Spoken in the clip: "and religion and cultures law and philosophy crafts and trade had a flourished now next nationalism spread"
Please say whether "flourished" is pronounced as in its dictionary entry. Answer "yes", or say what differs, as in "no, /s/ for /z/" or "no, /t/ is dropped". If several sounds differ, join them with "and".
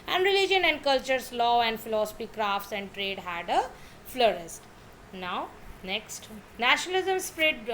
no, /s/ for /ʃ/